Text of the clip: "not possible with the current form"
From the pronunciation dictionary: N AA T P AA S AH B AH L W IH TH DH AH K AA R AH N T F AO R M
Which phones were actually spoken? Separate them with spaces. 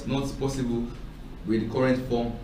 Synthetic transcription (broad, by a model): N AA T P AA S AH B AH L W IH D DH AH K AA R AH N T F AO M